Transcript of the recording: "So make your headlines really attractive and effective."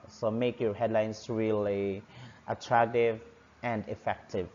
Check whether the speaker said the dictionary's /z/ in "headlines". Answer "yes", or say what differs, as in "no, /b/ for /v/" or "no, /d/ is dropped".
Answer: no, /s/ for /z/